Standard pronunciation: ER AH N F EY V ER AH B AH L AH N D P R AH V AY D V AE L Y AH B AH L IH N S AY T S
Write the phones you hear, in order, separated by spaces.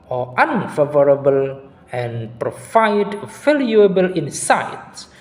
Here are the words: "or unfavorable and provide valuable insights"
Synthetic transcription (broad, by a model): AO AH N F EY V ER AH B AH L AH N P R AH F AY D F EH L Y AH B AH L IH N S AY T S